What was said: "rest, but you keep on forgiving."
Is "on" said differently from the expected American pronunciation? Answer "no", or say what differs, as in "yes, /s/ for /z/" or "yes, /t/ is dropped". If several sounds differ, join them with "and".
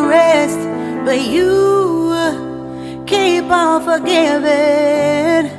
yes, /l/ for /n/